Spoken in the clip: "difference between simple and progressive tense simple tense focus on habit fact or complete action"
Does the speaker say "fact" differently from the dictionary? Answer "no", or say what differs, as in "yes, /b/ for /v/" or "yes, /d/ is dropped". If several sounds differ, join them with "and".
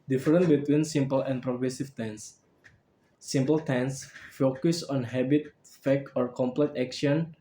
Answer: yes, /t/ is dropped